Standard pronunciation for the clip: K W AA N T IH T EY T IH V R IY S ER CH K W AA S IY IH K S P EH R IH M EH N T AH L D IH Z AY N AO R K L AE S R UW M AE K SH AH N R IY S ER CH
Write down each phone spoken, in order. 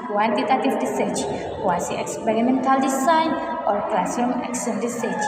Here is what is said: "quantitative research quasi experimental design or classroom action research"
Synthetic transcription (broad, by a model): K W AA N T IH T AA T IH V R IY S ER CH K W AA S IY IH K S P EH R IH M EH N T AH L D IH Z AY N AO R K L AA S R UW M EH K S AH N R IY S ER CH